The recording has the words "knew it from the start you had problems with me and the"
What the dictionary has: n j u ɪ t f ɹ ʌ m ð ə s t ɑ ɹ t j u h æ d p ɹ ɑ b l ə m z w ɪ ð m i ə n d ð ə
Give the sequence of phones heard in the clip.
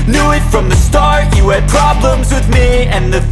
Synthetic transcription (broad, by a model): n j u ɪ t f ɹ ʌ m ð ə s t ɑ ɹ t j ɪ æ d p ɹ ɑ b l ə m z w ɪ ð m i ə n ð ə